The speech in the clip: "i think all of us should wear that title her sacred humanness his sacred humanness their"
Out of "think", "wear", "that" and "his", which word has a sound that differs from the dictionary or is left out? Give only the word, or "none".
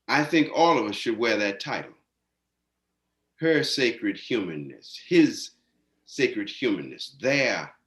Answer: none